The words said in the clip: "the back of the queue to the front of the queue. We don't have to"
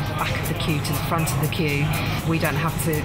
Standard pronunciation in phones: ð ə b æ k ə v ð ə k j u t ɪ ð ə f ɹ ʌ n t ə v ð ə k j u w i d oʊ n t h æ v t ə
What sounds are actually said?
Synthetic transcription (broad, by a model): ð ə k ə ð ə k j u t ɪ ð f ɹ ʌ n t ə v ð ə k j u w i d oʊ n t h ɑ f t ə